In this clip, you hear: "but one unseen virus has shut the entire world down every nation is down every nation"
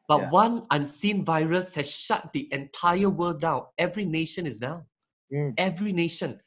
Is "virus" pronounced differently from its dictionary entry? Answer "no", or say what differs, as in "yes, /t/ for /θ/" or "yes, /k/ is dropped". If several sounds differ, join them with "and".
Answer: no